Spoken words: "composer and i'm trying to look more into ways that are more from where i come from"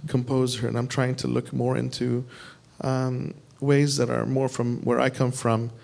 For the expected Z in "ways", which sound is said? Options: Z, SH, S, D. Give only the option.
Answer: Z